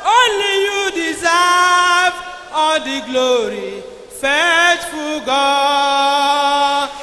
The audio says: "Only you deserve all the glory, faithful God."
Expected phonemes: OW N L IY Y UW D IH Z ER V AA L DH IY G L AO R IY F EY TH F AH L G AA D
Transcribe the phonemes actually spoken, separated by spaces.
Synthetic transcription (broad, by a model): OW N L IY Y UW D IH Z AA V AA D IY G L AO R IY F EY T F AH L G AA